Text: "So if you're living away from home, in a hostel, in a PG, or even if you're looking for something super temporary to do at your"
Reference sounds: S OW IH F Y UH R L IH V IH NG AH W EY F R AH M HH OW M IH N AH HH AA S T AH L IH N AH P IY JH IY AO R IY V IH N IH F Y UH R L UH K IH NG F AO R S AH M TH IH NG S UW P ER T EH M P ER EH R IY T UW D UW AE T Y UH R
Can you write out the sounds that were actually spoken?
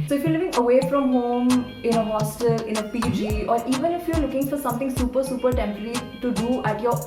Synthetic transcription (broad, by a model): S OW IH F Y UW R L IH V IH NG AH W EY F R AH M HH OW M IH N AH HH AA S T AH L IH N AH P IY JH IY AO R IY V IH N IH F Y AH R L UH K IH NG F AO R S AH M T IH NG S UW P ER S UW P ER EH R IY T UW D UW AE T Y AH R